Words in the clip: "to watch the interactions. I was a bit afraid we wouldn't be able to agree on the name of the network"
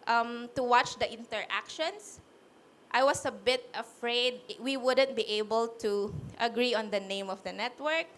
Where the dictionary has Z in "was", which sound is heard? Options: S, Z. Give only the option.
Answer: S